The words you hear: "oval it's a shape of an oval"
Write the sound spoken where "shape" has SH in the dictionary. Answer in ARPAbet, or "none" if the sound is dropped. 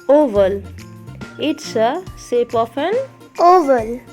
S